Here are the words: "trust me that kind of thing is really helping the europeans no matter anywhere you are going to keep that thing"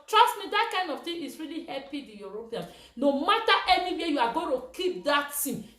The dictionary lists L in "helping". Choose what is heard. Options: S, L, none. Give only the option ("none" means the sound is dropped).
none